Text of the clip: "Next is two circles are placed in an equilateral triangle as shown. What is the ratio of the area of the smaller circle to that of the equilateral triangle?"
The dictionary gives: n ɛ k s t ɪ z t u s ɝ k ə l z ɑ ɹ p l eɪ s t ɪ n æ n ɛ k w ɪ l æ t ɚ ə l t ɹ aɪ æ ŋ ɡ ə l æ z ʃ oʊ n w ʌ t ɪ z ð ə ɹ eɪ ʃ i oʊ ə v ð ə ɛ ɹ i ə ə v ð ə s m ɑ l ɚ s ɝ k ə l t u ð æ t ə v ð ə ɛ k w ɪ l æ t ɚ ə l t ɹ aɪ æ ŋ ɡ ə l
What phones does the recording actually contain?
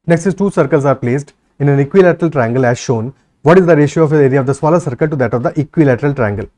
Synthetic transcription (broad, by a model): n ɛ k s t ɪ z t u s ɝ k ə l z ɑ ɹ p l eɪ s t ɪ n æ n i k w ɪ l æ t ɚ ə l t ɹ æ ŋ ɡ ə l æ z ʃ oʊ n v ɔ t ɪ z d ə ɹ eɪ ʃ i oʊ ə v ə ɹ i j ə v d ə s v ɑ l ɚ s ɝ k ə l t u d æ t ə v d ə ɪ k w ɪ l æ t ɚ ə l t ɹ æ ŋ ɡ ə l